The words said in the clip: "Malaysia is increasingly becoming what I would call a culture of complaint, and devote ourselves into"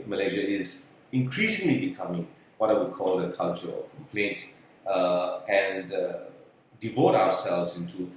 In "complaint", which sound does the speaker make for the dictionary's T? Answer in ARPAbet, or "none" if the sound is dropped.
T